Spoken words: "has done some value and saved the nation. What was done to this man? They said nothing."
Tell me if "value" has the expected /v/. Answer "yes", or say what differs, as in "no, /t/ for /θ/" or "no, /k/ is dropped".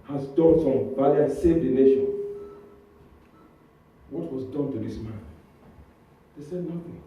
no, /b/ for /v/